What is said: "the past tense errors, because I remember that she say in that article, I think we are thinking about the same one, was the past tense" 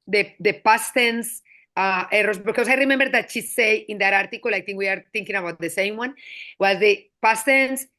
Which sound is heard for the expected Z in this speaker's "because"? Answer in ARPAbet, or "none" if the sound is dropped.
S